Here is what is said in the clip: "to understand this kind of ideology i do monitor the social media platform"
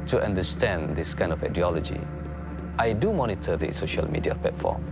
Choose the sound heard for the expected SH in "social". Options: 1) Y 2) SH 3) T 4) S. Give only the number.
2